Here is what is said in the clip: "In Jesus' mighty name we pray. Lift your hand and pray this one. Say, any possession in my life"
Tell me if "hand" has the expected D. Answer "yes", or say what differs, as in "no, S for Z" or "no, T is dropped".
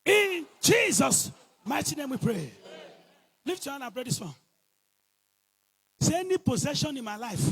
no, D is dropped